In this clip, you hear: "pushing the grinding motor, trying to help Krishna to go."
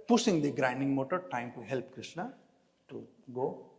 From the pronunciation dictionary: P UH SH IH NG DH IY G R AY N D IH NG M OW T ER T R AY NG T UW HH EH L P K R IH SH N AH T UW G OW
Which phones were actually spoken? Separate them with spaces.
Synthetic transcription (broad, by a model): P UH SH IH NG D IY G R AY N D IH NG M OW T ER T AY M T UW HH EH L P K R IH SH N AH T UW G OW